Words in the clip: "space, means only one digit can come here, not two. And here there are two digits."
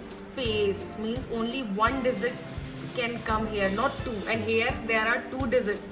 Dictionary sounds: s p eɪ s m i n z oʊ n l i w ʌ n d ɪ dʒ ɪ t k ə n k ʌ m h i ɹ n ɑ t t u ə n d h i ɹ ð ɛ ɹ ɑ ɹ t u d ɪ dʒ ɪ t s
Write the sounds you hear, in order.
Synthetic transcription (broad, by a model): s p eɪ s m i n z oʊ n l i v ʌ n d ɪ z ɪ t k ə n k ʌ m h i ɹ n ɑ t t u ə n d h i ɹ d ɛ ɹ ɑ ɹ t u d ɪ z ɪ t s